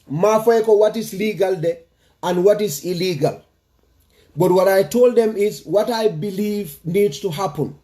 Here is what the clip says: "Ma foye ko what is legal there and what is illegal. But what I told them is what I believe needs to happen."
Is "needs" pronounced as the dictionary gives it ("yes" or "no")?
no